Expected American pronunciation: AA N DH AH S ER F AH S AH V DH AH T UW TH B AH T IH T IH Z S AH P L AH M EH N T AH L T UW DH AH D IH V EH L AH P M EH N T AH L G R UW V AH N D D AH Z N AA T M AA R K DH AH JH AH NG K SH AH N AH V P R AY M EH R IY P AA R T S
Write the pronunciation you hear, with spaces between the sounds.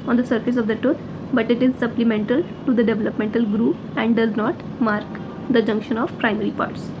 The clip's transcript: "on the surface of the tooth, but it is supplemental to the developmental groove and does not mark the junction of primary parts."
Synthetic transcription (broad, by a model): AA N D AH S ER F AH S AH V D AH T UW T B AH T IH T IH Z S AH P L AH M EH N T AH L T UW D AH D IH V EH L AH P M EH N T AH L G R UW P AH N D D AH Z N AA T M AA R K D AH JH AH NG K SH AH N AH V P R AY M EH R IY P AA R T S